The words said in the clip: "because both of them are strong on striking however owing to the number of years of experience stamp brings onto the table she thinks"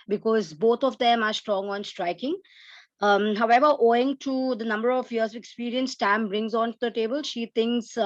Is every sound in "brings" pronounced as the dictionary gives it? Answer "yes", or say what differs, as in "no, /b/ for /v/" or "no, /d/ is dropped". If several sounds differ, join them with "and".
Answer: yes